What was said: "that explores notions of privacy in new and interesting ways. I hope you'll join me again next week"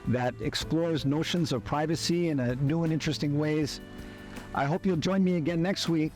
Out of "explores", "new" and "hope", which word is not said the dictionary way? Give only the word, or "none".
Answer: none